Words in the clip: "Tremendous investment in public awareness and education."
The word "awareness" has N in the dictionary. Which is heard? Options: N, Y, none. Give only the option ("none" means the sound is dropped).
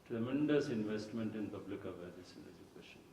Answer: none